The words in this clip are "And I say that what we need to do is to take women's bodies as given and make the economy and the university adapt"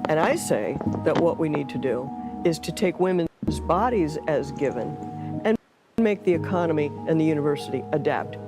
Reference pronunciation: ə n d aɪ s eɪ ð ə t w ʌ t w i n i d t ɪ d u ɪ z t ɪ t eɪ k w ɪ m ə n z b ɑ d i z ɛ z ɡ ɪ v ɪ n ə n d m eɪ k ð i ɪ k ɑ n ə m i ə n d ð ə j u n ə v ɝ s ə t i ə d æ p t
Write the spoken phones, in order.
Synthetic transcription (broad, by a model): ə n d aɪ s eɪ ð ə t w ʌ t w i n i d t ɪ d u ɪ z t ɪ t eɪ k w ɪ m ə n z b ɑ d i z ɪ z ɡ ɪ v ɪ n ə n m eɪ k ð i ɪ k ɑ n ə m i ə n ð ə j u n ə v ɝ s ə t i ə d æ p t